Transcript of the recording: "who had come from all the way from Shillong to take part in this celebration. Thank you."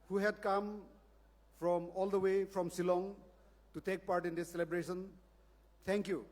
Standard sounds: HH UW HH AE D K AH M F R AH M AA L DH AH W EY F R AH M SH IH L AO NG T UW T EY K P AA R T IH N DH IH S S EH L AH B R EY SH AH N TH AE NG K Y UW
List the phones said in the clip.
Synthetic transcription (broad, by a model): HH UW HH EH D K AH M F R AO M AA L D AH W EY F R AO M S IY L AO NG T UW T EY K P AA R T IH N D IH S S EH L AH B R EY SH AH N T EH NG K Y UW